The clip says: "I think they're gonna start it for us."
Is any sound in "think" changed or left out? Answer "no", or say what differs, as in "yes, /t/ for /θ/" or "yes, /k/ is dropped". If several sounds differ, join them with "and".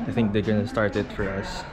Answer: no